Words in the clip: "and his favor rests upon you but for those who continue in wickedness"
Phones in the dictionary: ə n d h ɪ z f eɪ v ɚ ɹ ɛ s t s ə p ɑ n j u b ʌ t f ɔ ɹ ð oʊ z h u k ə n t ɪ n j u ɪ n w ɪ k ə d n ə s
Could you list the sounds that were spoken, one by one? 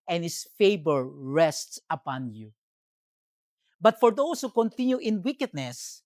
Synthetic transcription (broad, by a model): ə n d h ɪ s f eɪ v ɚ ɹ ɛ s t s ə p ɑ n j u b ʌ t f ɔ ɹ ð oʊ s h u k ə n t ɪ n j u ɪ n w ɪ k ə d n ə s